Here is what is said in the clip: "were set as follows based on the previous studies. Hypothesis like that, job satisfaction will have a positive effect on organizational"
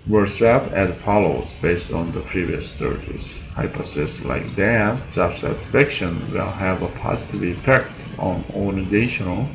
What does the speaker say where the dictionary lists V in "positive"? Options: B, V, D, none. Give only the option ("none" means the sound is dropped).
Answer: V